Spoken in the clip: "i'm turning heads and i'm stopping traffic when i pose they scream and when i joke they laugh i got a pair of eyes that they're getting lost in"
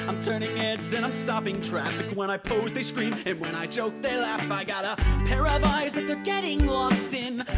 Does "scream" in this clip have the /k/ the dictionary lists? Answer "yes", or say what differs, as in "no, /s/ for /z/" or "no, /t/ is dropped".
yes